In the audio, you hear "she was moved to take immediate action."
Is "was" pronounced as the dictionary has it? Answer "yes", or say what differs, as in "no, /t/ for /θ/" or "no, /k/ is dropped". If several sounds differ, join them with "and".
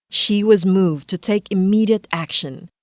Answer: yes